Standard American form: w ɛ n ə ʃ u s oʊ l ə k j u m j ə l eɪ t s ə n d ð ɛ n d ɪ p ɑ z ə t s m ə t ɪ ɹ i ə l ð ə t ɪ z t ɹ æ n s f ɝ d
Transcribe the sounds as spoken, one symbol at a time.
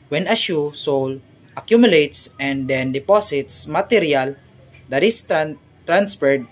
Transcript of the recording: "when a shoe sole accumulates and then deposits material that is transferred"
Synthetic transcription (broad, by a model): w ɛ n ə ʃ u s oʊ l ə k j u m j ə l eɪ t s ə n d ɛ n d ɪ p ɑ s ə t s m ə t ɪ ɹ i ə l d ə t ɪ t t ɹ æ n s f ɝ d